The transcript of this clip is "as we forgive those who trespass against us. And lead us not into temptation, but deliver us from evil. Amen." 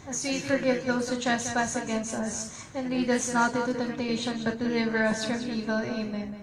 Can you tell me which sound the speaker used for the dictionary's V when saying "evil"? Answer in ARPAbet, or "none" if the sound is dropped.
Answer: V